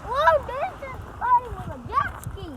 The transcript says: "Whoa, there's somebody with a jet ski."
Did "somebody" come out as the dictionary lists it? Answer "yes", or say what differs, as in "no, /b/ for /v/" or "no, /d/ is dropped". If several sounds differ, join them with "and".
no, /m/ is dropped